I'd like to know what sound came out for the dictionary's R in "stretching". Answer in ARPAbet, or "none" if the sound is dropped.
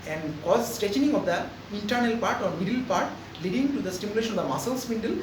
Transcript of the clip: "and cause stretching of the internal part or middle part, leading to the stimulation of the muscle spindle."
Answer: none